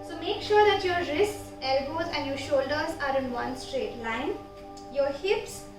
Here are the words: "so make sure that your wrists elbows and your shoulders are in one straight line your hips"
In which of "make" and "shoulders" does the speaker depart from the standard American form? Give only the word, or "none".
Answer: none